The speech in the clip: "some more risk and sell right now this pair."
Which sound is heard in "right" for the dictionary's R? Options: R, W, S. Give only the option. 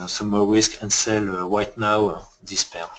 W